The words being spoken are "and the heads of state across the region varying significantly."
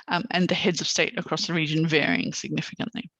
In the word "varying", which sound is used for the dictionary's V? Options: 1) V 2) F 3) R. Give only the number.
1